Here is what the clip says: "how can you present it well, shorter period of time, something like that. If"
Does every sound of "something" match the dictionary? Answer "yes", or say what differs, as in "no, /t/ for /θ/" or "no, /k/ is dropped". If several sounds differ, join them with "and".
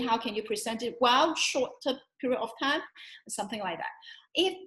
yes